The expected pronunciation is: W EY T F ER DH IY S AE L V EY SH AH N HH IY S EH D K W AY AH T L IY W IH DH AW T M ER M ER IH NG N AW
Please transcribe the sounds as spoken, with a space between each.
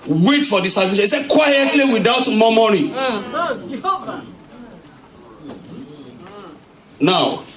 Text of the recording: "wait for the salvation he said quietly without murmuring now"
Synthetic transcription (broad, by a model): W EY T F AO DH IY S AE V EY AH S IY S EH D K W AY AH T L IY W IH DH AW T M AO M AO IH N AW